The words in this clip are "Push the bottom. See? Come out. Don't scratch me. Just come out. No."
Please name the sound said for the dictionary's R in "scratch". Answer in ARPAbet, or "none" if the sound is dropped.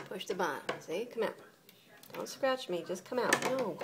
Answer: R